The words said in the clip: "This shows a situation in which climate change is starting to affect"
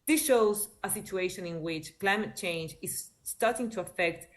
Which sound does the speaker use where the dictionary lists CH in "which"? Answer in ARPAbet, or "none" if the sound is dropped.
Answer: CH